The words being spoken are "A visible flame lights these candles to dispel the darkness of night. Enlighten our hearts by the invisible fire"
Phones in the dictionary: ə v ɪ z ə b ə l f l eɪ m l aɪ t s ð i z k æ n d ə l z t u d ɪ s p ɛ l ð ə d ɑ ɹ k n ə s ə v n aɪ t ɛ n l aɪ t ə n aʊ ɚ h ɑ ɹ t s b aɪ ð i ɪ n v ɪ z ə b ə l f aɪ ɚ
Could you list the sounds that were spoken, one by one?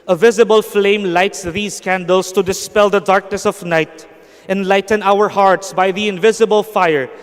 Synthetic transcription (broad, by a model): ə v ɪ z ə b ə l f l eɪ m l aɪ t s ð i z k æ n d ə l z t u d ɪ s p ɛ l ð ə d ɑ ɹ k n ə s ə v n aɪ t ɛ n l aɪ t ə n aʊ ɚ h ɑ ɹ t s b aɪ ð i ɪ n v ɪ z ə b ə l f aɪ ɚ